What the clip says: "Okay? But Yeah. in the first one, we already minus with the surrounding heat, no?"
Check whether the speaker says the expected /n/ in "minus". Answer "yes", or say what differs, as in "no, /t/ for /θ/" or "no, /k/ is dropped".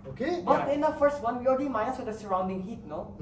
no, /n/ is dropped